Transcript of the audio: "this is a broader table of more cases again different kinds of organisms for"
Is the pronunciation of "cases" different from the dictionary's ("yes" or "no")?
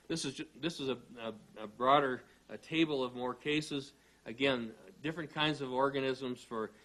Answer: no